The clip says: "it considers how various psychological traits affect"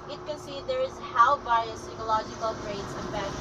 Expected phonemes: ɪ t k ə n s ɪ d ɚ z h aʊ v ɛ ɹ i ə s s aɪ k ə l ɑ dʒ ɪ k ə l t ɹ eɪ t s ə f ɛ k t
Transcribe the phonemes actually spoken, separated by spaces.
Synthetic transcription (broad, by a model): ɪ t k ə n s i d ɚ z h aʊ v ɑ i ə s s aɪ k ə l ɑ dʒ ɪ k ə l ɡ ɹ eɪ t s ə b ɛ